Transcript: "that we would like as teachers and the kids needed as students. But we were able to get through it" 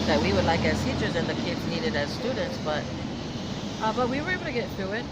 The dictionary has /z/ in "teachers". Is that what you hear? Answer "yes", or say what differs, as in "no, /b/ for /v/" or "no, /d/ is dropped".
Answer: yes